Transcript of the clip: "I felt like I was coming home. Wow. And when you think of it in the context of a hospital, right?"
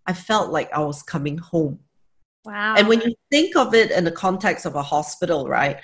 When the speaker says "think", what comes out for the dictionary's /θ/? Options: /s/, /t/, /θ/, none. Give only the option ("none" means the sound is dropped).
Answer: /θ/